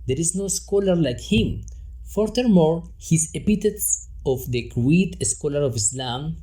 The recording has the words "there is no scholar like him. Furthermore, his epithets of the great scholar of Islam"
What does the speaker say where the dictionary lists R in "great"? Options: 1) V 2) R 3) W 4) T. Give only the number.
3